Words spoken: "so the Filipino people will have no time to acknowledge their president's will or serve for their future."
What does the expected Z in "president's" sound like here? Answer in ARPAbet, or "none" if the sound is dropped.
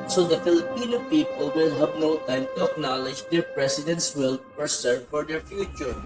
S